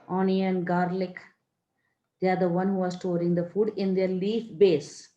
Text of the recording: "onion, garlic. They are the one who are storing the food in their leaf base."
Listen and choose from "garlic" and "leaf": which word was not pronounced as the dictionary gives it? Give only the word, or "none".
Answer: none